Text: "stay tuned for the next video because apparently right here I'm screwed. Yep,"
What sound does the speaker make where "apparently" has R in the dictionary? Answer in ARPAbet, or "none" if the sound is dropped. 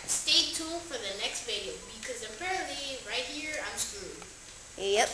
R